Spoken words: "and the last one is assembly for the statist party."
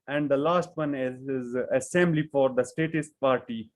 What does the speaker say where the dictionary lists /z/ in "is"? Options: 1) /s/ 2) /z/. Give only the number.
2